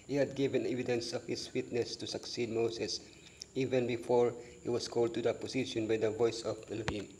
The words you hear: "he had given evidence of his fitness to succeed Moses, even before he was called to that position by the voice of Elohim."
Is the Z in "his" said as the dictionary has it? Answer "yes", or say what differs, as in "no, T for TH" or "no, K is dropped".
no, S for Z